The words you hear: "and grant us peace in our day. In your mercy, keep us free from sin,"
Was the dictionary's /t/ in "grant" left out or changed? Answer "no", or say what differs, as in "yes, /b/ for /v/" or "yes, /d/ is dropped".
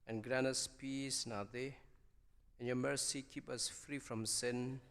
yes, /t/ is dropped